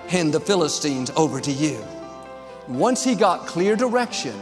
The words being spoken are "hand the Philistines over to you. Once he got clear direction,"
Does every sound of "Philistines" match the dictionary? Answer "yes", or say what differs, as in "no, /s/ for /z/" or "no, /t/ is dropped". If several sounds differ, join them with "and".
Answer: yes